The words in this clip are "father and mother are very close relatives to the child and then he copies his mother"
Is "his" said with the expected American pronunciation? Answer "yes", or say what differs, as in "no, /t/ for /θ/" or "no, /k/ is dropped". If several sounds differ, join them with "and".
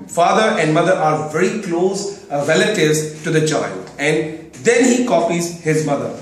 yes